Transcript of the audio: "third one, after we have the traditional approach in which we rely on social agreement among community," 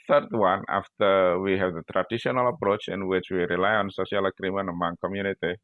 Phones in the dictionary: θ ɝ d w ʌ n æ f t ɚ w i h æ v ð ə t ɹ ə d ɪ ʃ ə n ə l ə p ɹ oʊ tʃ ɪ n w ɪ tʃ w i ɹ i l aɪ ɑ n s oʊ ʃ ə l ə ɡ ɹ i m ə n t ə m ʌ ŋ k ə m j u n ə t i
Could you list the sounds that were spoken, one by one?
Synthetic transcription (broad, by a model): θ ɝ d w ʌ n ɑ f t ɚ w i h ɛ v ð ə t ɹ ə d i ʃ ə n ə l ə p ɹ oʊ tʃ ɪ n w ɪ tʃ w i ɹ i l aɪ ɑ n s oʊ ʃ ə l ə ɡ ɹ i m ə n ə m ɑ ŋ k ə m j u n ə t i